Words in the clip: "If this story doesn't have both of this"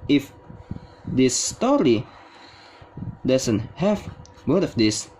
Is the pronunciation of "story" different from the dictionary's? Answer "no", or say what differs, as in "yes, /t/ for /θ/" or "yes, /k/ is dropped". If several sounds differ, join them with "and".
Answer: no